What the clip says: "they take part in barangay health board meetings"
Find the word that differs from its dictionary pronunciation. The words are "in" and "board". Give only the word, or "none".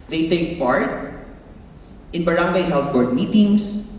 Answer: none